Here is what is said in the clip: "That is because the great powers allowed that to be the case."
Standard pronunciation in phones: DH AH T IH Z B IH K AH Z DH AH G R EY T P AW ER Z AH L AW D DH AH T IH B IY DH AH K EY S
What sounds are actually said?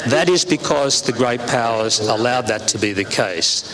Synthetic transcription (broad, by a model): DH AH T IH Z B IH K AH Z DH AH G R EY T P AW ER Z AH L AW D DH AH T IH B IY DH AH K EY S